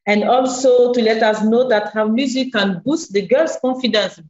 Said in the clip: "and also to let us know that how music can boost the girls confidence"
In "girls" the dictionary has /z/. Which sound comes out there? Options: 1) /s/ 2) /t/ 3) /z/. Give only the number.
1